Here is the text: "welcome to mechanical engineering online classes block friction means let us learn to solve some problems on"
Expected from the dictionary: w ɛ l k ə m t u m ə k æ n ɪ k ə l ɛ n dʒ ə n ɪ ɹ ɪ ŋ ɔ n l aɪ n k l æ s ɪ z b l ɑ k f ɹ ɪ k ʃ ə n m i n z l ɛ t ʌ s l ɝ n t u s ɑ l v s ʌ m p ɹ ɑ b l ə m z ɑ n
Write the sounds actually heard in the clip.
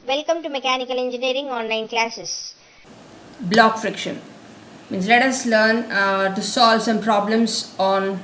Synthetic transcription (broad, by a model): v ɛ l k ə m t u m ə k æ n ɪ k ə l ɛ n dʒ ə n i ɹ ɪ ŋ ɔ n aɪ n k l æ s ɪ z b l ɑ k f ɹ ɪ k ʃ ə n m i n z l ɛ t ʌ s l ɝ n t u s ɑ l v s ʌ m p ɹ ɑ b l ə m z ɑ n